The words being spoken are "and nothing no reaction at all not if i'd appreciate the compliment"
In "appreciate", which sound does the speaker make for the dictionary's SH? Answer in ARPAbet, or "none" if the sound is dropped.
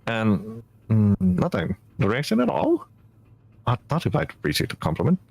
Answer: S